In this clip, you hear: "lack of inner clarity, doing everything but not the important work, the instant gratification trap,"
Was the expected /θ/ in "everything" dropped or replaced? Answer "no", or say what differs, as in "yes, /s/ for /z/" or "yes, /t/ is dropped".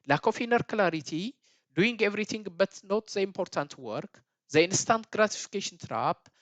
yes, /t/ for /θ/